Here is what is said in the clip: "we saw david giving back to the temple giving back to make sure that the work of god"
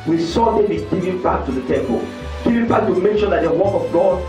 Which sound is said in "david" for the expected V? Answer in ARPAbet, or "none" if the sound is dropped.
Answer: W